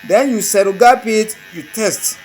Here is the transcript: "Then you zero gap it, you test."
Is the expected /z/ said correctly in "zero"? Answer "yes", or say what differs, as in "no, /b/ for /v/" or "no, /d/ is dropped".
no, /s/ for /z/